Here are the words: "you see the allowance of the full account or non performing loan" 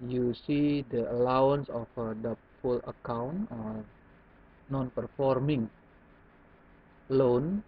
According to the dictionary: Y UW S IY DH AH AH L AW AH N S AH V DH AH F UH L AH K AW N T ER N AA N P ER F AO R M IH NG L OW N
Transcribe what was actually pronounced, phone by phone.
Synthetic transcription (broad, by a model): Y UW S IY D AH AH L AW AH N S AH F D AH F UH L AH K AW N T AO N AA N P ER F AO R M IH NG L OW N